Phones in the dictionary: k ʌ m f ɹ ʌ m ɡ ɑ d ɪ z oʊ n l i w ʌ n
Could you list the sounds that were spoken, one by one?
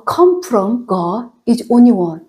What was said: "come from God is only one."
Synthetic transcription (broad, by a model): k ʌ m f ɹ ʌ m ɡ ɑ ɪ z oʊ n l i w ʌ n